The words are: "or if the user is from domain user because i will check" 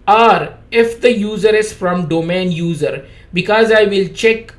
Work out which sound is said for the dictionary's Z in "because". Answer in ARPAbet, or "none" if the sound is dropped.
Z